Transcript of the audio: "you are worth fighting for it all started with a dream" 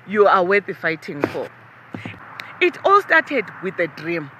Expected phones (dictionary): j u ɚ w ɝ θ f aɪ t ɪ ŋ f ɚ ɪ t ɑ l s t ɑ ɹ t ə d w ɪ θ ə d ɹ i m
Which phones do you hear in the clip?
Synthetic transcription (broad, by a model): j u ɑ w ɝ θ f aɪ t ɪ ŋ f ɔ ɪ t ɑ l s t ɑ t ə d w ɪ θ ə d ɹ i m